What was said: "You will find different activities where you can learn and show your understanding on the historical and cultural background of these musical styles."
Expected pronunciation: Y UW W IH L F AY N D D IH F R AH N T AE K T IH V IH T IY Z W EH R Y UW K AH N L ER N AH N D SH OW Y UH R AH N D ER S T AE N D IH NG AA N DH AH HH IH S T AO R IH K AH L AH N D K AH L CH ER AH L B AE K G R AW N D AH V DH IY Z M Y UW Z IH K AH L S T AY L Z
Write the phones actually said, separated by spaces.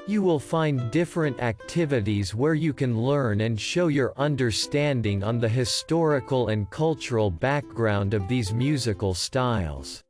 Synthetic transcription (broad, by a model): Y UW W IH L F AY N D D IH F R AH N T AE K T IH V IH T IY Z W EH R Y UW K AH N L ER N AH N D SH OW Y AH R AH N D ER S T AE N D IH NG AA N DH AH HH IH S T AO R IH K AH L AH N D K AH L CH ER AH L B AE K G R AW N D AH V DH IY Z M Y UW Z IH K AH L S T AY L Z